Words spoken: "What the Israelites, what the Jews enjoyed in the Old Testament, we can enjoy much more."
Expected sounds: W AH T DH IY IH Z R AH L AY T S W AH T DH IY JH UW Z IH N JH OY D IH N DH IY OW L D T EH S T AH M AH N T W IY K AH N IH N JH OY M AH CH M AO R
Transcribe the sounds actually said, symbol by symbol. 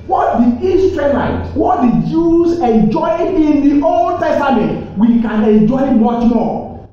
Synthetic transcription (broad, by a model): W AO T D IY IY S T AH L AY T W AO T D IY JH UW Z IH N JH OY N IH N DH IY OW L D T EH S T AH M AH N T W IY K AH N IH N JH OY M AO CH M AO